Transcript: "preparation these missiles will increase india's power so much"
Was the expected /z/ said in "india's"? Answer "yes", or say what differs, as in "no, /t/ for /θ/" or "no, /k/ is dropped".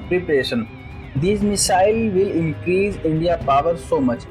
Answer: no, /z/ is dropped